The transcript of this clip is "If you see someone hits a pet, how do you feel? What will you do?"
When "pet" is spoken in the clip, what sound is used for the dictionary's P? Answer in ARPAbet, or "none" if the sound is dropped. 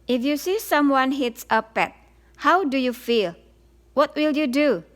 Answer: P